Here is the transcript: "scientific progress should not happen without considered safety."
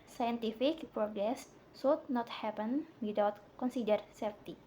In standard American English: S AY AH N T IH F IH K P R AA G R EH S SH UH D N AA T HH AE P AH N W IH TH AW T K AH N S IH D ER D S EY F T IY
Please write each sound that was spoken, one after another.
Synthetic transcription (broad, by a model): S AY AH N T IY F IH K P R AA G R EH S S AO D N AA T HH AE P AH N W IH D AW T K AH N S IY D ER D S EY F T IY